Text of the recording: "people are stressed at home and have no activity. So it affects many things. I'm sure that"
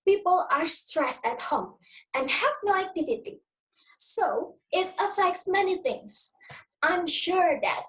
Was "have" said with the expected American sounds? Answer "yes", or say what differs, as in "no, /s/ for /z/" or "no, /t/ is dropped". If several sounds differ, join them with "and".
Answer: yes